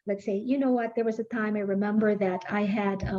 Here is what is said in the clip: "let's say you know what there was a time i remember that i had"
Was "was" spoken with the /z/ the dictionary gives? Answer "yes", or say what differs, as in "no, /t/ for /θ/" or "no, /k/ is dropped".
yes